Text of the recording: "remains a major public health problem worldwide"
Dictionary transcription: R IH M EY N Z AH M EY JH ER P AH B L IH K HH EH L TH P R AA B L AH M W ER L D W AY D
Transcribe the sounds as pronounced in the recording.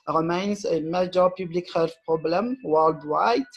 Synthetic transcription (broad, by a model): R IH M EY N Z AH M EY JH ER P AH B L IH K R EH L F P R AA B L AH M W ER L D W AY